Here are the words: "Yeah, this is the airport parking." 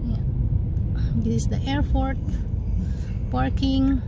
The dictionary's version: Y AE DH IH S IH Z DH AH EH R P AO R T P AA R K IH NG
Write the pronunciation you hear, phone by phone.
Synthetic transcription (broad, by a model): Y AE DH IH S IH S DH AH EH R F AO R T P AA R K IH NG